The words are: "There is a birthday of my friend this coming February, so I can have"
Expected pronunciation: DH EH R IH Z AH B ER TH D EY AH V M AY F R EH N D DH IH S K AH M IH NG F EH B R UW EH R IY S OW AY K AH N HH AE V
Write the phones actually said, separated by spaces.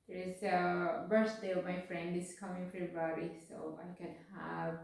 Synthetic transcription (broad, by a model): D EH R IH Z AH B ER S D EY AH M AY F R EH N D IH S K AH M IH NG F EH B R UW R IY S OW AY K AH N HH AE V